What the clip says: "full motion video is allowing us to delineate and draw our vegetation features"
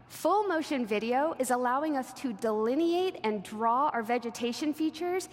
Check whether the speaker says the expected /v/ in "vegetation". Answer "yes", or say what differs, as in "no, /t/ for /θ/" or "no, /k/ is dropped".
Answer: yes